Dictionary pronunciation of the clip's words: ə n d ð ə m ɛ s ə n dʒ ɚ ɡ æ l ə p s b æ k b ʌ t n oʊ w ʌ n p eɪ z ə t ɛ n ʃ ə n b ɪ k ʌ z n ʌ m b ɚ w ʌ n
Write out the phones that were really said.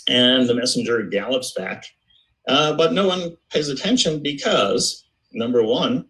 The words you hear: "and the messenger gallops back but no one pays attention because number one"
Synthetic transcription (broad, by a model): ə n ð ə m ɛ s n dʒ ɚ ɡ æ l ə p s b æ k b ʌ t n oʊ w ʌ n p eɪ z ə t ɛ n ʃ ə n b ɪ k ʌ z n ʌ m b ɚ w ʌ n